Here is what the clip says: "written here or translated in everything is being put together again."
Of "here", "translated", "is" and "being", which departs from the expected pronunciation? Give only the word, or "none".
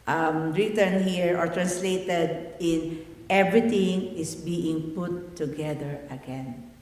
is